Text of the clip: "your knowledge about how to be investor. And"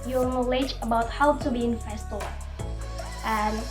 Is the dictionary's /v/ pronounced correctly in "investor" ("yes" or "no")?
no